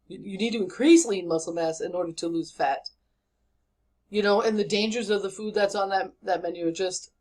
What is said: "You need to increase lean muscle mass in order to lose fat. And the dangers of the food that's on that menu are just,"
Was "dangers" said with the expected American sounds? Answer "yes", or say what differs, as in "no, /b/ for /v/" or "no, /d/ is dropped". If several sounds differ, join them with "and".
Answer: yes